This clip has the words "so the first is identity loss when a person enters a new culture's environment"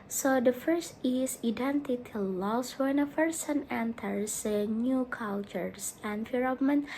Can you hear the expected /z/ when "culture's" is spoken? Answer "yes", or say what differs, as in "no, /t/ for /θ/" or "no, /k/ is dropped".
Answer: no, /s/ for /z/